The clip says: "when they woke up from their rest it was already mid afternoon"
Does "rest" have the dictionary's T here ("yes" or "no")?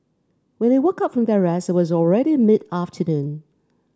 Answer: no